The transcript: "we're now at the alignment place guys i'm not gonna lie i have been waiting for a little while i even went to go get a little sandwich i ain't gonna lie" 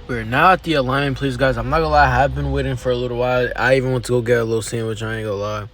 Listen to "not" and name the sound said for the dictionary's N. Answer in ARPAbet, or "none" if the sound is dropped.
L